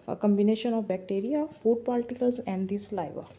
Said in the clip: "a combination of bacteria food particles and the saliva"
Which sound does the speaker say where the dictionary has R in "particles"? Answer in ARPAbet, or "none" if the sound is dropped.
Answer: L